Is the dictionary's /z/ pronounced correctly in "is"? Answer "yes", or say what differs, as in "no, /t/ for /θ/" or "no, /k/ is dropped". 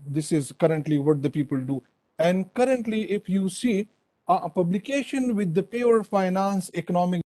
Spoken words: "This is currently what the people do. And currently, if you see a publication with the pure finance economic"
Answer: yes